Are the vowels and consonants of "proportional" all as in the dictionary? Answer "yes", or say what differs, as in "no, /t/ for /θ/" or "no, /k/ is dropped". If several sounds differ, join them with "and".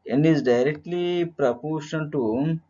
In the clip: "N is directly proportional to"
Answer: no, /n/ is dropped and /n/ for /l/